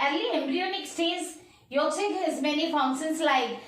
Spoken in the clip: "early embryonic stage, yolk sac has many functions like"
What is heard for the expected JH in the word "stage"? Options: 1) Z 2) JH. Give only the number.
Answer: 1